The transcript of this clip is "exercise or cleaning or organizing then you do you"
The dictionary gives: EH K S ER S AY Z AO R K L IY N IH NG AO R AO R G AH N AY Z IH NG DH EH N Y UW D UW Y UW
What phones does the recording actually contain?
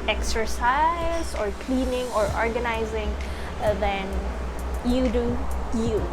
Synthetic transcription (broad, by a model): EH K S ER S AY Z AO R K L IY N IH NG AO R AO R G AH N AY Z IH NG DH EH N Y UW D UW Y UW